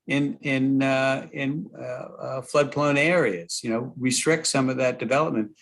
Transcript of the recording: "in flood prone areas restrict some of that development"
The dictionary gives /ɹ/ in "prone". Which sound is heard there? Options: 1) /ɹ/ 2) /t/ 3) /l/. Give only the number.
3